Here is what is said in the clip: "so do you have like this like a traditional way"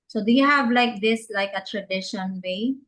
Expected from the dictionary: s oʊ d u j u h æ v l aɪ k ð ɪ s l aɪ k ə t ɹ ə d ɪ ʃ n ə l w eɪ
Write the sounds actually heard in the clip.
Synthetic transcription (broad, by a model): s oʊ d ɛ h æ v l aɪ k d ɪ s l aɪ k ə t ɹ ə d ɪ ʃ ə n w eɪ